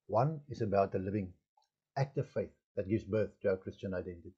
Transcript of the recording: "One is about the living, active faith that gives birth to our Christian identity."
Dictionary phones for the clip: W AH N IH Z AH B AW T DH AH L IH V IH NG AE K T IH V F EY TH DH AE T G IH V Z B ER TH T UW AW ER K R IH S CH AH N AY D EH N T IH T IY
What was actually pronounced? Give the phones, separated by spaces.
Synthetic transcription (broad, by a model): W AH N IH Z AH B AW T DH AH L IH V IH NG AE K T IH V F EY TH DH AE T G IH V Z B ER TH T UW AW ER K R IH S CH AH N AY D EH N T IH T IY